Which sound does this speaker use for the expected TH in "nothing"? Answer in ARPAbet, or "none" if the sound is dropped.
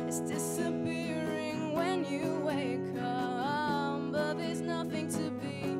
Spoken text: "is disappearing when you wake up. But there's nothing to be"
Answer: TH